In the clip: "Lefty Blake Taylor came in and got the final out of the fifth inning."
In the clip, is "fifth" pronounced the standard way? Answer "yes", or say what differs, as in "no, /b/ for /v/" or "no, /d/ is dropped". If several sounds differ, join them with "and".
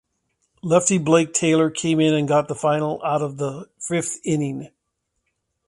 yes